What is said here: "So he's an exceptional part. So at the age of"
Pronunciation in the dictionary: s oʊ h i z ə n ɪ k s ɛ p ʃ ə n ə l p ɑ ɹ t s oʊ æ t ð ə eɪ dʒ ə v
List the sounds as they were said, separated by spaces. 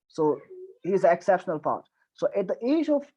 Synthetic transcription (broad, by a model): s oʊ h i z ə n ɪ k s ɛ p ʃ ə n ə l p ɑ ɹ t s oʊ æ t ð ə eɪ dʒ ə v